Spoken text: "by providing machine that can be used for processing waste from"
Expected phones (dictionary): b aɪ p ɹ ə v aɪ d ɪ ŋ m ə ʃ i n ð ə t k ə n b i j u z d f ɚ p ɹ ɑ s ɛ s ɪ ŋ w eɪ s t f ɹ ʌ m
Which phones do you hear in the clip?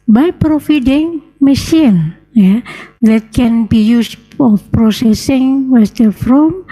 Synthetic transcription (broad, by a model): b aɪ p ɹ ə f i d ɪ ŋ m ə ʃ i n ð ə t k ə n b i j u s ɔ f p ɹ ɑ s ɛ s ɪ ŋ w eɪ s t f ɹ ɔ m